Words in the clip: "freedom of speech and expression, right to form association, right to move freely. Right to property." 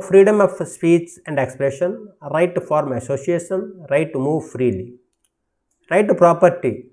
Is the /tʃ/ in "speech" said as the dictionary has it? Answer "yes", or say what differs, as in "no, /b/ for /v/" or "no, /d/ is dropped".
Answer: no, /s/ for /tʃ/